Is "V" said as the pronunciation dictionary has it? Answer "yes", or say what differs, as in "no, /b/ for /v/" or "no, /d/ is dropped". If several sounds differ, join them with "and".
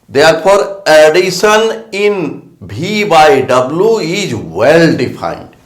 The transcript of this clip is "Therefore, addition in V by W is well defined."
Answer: no, /b/ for /v/